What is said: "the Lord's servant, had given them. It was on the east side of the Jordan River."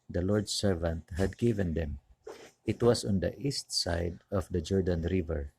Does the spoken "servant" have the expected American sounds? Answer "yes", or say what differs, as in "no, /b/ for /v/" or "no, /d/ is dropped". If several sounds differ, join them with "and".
yes